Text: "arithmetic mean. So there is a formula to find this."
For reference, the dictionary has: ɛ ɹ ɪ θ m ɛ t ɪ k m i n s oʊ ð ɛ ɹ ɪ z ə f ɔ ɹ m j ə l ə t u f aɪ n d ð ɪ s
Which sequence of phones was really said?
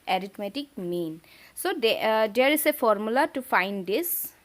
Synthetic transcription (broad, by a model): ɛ ɹ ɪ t m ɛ t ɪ k m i n s oʊ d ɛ ɹ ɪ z ə f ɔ ɹ m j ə l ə t u f aɪ n d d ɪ s